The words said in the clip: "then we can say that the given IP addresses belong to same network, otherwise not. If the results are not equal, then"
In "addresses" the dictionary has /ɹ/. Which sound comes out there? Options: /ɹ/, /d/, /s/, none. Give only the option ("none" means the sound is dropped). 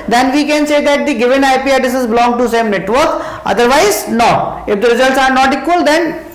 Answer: none